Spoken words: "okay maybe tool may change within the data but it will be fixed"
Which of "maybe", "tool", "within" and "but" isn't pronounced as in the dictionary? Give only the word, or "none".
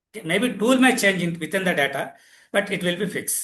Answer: within